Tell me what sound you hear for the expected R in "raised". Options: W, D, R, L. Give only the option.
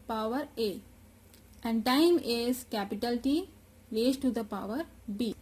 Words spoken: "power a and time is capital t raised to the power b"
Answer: L